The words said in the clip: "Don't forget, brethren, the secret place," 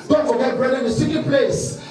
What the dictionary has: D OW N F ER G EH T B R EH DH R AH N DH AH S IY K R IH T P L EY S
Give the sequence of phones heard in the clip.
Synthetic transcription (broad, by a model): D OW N F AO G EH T B R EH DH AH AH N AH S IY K IH P L EY S